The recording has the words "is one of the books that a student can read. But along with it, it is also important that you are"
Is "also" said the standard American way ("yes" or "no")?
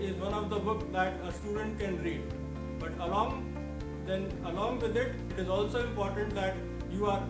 yes